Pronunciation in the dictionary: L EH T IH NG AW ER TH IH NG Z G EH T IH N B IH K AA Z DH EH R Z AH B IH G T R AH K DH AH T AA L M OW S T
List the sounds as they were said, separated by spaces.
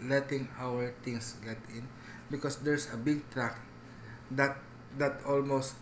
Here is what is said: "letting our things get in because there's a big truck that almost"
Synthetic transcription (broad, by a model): L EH T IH NG AW ER T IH NG S G EH T IH N B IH K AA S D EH R S AH B IH G T R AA K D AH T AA L M OW S T